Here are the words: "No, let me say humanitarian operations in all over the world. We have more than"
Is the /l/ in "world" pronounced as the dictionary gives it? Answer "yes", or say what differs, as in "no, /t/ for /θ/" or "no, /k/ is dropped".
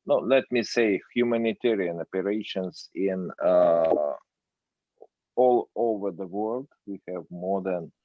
yes